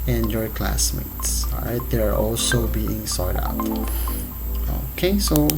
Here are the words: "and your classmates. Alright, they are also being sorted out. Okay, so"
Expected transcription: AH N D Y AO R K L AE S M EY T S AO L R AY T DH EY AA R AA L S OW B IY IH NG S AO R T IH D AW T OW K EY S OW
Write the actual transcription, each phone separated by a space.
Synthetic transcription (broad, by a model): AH N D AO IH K L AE S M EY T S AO R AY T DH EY AA R AA L S OW B IY IH NG S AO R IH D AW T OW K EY S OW